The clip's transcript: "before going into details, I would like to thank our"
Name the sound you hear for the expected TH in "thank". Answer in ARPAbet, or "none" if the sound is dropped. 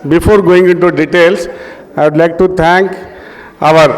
T